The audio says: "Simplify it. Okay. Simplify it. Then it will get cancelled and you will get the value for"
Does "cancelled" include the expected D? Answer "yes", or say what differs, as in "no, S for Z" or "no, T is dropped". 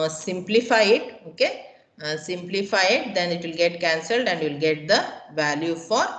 yes